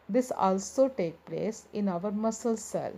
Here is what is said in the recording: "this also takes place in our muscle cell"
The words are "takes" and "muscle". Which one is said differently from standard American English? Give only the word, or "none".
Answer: takes